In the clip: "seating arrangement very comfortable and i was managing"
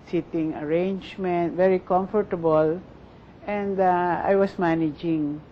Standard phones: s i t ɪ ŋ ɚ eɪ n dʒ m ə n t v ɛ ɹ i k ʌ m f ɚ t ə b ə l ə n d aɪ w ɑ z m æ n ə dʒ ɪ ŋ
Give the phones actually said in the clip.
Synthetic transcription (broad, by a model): s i t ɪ ŋ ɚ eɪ n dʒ m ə n t v ɛ ɹ i k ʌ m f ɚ t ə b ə l ə n d aɪ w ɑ s m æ n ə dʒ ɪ ŋ